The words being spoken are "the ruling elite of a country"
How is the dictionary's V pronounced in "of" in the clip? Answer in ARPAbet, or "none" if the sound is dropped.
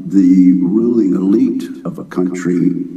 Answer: V